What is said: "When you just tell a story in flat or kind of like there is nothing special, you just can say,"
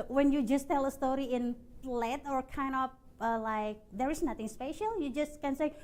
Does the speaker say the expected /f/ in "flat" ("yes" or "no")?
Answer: no